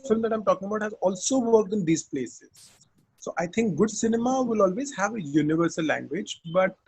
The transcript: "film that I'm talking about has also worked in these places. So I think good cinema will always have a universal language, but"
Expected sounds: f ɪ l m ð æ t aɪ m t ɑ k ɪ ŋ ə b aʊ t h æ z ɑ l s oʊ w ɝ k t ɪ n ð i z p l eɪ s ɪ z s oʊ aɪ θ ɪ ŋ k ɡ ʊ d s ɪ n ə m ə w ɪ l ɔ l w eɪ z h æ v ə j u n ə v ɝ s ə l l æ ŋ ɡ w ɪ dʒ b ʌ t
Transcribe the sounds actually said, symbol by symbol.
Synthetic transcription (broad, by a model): f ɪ l m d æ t aɪ m t ɑ k ɪ ŋ ə b aʊ t h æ z ɑ l s oʊ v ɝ k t ɪ n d i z p l eɪ s ɪ z s oʊ aɪ t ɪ ŋ k ɡ ʊ d s ɪ n ə m ə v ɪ l ɔ l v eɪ z h æ v ə j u n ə v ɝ s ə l l æ ŋ ɡ w ɪ dʒ b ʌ t